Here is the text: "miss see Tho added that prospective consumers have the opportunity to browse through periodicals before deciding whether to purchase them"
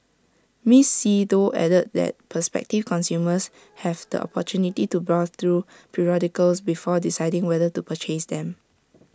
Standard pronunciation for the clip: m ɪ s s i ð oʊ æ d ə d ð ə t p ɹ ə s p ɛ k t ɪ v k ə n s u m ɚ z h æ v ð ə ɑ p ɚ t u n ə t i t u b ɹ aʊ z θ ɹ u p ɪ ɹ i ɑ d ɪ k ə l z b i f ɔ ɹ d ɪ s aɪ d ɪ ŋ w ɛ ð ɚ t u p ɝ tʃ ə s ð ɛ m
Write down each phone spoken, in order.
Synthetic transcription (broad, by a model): m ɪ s s i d oʊ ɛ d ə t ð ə t p ə s p ɛ k t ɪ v k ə n s u m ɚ s h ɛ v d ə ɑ p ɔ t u n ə t i t u b ɹ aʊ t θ ɹ u p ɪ ɹ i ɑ d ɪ k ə l s b i f ɔ d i s aɪ d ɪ ŋ w ɛ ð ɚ t u p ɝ tʃ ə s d ɛ m